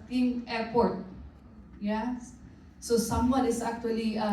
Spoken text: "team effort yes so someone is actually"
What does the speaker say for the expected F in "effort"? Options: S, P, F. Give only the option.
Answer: P